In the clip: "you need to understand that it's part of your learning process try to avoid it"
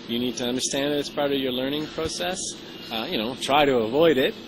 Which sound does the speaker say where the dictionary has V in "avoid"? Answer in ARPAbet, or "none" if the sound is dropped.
V